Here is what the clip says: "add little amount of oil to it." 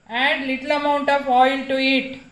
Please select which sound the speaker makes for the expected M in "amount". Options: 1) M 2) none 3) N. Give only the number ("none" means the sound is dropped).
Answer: 1